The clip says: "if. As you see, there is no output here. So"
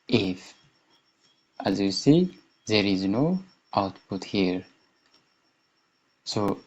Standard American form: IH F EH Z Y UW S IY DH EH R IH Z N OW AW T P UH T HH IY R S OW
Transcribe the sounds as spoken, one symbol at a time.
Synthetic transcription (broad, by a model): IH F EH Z Y UW S IY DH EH R IH Z N OW AW T P UH T HH IY R S OW